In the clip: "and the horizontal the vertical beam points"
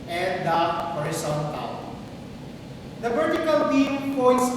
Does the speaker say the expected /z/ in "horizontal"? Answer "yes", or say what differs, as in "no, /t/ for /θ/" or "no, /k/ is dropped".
no, /s/ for /z/